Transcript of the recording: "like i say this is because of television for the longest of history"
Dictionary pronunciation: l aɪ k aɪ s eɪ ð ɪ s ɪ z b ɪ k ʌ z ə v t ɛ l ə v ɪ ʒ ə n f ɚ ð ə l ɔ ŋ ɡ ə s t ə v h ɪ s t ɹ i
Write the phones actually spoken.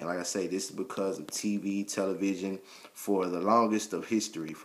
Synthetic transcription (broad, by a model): l aɪ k aɪ s eɪ ð ɪ s ɪ z b ɪ k ʌ z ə v t ɛ l ə v ɪ ʒ ə n f ɚ ð ə l ɔ ŋ ɡ ə s t ə v h ɪ s t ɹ i